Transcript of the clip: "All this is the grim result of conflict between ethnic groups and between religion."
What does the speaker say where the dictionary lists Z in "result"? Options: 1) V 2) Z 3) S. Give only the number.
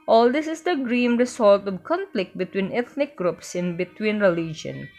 3